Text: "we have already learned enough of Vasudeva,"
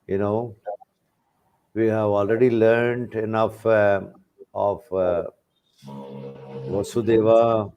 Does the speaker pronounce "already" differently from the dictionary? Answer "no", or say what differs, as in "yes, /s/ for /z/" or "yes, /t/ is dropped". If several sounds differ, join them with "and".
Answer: no